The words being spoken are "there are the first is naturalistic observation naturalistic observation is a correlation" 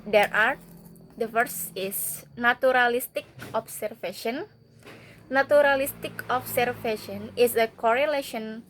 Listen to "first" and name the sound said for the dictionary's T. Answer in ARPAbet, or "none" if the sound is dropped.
none